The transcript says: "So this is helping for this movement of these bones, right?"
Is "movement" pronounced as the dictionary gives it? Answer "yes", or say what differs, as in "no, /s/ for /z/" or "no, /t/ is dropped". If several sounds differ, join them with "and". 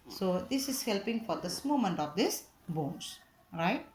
no, /v/ is dropped